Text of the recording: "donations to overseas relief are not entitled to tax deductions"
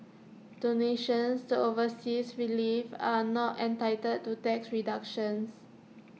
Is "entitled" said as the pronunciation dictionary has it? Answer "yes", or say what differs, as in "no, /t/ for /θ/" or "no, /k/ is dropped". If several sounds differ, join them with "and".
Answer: no, /l/ is dropped